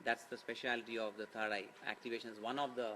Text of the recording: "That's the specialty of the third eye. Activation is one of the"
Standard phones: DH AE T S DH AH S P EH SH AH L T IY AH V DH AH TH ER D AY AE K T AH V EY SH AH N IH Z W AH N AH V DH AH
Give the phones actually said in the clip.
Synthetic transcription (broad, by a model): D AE T S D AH S P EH SH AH L T IY AH V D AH T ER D AY AE K T AH V EY SH AH N IH Z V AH N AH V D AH